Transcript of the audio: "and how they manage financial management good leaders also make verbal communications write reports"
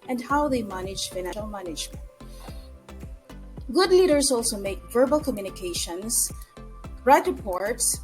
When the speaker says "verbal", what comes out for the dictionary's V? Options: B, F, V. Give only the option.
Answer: V